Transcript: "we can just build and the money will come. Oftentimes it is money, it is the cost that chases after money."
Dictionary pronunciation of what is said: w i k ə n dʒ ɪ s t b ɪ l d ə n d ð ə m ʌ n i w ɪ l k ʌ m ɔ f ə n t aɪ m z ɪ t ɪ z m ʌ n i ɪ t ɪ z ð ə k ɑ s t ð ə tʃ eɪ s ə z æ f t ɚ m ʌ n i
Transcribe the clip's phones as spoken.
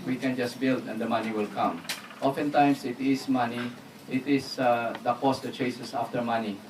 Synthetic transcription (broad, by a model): w i k ə n dʒ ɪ s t b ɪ l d ə n d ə m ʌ n i w ɪ l k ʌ m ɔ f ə n t aɪ m s ɪ t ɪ s m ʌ n i ɪ t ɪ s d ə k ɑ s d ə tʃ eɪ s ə s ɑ f t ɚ m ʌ n i